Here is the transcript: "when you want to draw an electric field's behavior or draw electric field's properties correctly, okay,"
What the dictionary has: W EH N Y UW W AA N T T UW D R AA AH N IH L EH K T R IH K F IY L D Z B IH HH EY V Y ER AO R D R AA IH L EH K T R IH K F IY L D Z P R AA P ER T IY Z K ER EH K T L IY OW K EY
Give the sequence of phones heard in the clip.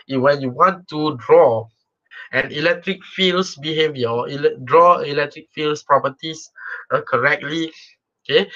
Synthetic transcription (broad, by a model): W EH N Y UW W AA N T T UW D R AA AH N IH L EH K T R IH K F IY L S B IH HH EY V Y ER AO L D R AA IH L EH K T R IH K F IY L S P R AA P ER T IY S K ER EH K T L IY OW K EY